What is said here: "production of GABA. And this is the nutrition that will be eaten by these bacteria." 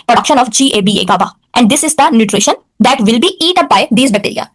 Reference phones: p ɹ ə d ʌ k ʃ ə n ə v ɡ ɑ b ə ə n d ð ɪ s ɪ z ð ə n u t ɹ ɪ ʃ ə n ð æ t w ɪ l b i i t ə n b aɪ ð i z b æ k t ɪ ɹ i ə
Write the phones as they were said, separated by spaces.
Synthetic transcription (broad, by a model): p ɹ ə d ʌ k ʃ ə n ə b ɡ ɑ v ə ə n d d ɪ s ɪ z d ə n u t ɹ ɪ ʃ ə n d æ t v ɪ l b i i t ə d b aɪ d i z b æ k t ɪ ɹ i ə